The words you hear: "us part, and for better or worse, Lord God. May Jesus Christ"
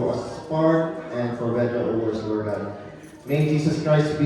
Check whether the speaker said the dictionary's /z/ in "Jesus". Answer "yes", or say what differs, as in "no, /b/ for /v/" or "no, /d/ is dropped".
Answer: no, /s/ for /z/